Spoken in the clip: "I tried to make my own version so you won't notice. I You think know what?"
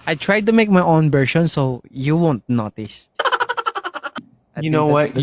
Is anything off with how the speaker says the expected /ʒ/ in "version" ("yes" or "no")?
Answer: yes